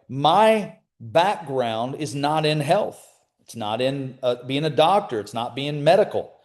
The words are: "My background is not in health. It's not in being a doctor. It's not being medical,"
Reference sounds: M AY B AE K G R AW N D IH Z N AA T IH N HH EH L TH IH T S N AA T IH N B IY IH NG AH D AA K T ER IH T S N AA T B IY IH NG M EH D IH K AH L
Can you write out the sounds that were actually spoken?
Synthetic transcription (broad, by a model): M AY B AE K G R AW N D IH Z N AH T IH N HH EH L TH IH T S N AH T IH N B IY IH NG AH D AA K T ER IH T S N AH T B IY IH NG M EH D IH K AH L